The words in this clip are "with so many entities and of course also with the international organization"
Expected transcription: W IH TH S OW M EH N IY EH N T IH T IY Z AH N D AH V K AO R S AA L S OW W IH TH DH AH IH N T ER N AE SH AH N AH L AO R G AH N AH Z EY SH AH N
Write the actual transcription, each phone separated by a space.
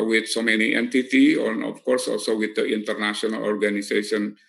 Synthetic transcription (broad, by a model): W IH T S OW M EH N IY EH N T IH T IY AH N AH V K AO R S AA L S OW W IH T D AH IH N T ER N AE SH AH N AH L AO R G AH N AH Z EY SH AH N